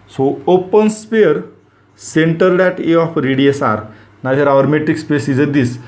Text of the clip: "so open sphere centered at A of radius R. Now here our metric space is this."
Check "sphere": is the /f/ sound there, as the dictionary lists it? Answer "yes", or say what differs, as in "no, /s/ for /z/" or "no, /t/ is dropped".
no, /p/ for /f/